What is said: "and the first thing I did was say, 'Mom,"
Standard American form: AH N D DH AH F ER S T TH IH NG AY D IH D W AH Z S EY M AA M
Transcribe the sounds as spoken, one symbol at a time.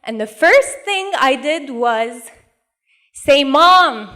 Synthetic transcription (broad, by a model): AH N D DH AH F ER S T TH IH NG AY D IH D W AH Z S EY M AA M